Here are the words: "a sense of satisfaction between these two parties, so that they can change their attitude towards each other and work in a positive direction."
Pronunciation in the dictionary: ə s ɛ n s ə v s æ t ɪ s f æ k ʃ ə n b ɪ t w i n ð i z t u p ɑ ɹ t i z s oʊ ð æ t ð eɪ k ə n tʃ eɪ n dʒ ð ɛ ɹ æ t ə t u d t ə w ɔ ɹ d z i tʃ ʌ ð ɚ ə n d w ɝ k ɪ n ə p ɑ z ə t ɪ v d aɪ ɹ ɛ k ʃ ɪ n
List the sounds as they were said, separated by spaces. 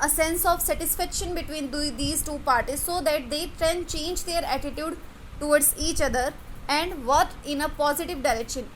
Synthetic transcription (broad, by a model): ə s ɛ n s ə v s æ t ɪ s f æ k ʃ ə n b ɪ t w i n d i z t u p ɑ ɹ t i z s oʊ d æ t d eɪ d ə n tʃ eɪ n dʒ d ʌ ɹ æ t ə t u d t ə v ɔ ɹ d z i tʃ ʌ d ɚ ə n d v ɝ ɪ n ə p ɑ z ə t ɪ v d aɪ ɹ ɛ k ʃ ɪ n